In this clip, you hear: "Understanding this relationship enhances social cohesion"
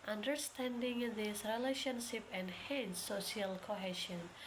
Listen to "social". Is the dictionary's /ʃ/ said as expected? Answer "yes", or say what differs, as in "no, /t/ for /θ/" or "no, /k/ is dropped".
no, /ʃ/ is dropped